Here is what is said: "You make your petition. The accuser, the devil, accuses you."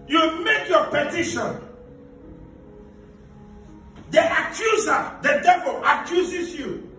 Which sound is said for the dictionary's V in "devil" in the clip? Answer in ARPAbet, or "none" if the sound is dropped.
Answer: V